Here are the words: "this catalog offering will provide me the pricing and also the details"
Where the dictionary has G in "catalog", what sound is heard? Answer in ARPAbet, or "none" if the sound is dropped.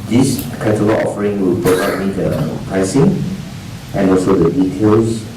none